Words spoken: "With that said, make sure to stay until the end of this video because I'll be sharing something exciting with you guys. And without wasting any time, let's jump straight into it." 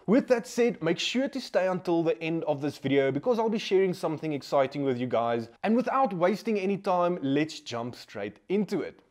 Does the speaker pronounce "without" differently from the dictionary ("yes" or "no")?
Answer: no